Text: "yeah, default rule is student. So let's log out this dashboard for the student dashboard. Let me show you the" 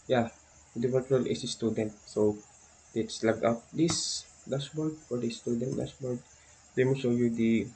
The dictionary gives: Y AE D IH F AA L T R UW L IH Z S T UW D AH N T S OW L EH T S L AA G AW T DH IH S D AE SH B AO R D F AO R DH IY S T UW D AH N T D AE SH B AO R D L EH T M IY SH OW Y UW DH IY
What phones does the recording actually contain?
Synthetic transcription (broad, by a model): Y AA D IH P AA T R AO L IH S S T UW D AH N T S OW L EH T S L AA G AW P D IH S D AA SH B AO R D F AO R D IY S T UW D AH N T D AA S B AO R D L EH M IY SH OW Y UW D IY